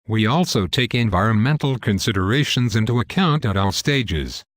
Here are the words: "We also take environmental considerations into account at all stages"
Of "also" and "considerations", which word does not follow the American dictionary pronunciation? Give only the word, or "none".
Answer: none